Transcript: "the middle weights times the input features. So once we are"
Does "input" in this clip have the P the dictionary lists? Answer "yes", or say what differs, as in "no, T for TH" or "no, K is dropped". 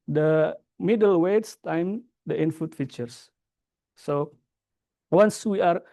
no, F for P